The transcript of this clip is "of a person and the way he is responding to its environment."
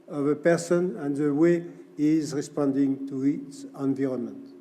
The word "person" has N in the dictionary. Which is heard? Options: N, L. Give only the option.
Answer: N